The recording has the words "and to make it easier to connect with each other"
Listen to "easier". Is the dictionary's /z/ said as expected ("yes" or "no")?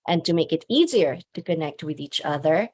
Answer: yes